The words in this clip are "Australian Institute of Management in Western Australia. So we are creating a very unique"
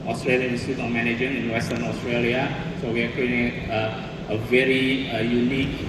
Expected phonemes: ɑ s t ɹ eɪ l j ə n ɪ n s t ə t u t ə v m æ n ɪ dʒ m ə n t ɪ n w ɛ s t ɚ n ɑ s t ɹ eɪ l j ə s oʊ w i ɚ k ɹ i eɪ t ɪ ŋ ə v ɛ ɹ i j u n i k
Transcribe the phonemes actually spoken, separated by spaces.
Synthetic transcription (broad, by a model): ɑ s t ɹ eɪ l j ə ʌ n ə s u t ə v m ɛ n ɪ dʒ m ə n ɪ n w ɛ s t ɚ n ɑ s t ɹ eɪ l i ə s oʊ w i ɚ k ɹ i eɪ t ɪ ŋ ə v ɛ ɹ i j u n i k